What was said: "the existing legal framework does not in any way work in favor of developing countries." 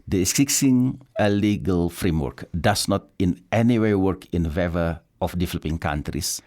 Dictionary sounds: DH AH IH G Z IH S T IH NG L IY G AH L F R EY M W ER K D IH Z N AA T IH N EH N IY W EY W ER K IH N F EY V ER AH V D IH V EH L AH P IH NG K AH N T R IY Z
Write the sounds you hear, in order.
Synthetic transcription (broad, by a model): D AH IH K S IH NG L IY G AH L F R EY M W ER K D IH S N AA T IH N EH N IY W EY W ER K IH N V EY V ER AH F D IH V EH L AH P IH NG K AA N T R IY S